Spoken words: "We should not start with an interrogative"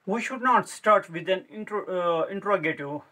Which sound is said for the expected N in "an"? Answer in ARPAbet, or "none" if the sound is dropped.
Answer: N